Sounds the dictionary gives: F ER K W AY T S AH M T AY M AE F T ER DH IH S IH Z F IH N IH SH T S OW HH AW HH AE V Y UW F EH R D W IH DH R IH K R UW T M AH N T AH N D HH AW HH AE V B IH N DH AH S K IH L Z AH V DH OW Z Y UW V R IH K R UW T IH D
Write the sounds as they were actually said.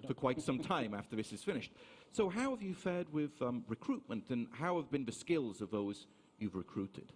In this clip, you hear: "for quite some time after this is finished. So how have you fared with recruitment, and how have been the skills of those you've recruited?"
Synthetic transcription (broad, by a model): F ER K W AY T S AH M T AY M AE F T ER DH IH S IH Z F IH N IH SH T S OW HH AW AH V Y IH F EH R D W IH DH R IH K R UW T M AH N T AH N HH AW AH V B IH N DH AH S K IH L Z AH V DH OW Z Y UW V R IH K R UW T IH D